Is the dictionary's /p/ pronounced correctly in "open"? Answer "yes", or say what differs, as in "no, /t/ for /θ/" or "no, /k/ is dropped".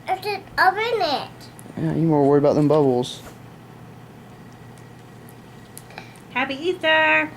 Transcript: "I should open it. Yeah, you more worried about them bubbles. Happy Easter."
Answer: no, /b/ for /p/